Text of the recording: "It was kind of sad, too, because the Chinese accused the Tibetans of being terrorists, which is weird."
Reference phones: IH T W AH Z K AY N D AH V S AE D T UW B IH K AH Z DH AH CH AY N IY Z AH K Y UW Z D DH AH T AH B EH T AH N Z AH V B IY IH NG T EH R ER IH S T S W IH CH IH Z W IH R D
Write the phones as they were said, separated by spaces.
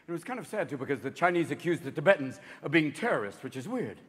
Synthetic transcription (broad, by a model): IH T W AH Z K AY N D AH V S AE D T UW B IH K AH Z DH AH CH AY N IY Z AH K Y UW Z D DH AH T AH B EH T N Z AH V B IY IH NG T EH R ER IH S T W IH CH IH Z W IH R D